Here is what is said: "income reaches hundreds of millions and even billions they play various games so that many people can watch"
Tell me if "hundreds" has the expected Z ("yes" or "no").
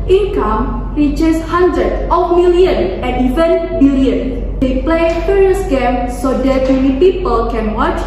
no